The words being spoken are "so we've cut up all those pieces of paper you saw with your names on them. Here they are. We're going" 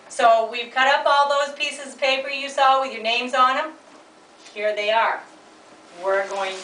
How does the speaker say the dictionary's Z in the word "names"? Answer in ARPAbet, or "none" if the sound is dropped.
Z